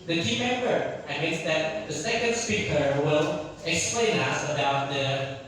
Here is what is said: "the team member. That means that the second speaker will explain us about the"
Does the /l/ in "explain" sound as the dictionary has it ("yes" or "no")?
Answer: yes